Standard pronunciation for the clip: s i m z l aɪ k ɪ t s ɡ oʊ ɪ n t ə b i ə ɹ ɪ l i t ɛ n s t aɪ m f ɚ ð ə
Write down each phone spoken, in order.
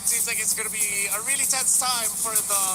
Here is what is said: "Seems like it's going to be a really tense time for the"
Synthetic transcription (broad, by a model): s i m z l aɪ k ɪ t s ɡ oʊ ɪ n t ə b i ə ɹ ɪ l i t ɛ n s t aɪ m f ɚ ð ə